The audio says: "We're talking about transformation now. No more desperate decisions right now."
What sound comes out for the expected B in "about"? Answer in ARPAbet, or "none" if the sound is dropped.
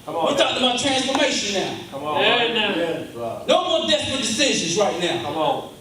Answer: none